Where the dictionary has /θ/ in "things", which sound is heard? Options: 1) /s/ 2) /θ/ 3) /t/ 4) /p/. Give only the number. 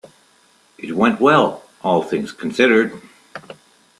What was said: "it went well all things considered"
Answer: 2